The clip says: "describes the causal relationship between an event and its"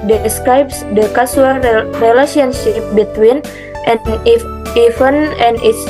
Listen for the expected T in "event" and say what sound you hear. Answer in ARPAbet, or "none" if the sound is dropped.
none